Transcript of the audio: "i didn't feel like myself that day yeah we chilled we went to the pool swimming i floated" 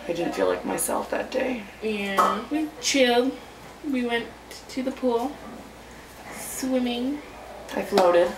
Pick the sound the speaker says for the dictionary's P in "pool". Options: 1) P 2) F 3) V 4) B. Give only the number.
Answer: 1